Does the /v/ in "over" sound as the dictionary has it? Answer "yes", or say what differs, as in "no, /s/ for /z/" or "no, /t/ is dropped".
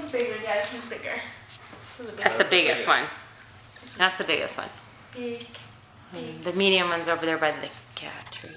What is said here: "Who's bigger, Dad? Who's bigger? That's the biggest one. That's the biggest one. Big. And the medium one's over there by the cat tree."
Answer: yes